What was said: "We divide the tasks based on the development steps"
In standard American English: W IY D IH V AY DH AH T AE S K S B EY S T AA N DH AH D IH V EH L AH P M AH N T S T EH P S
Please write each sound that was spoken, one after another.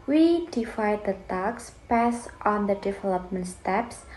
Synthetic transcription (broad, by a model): W IY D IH F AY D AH T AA K S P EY S T AA N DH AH D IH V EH L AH P M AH N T S T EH P S